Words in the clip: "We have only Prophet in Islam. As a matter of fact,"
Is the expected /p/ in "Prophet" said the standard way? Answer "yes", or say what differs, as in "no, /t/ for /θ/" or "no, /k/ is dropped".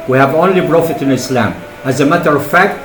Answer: no, /b/ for /p/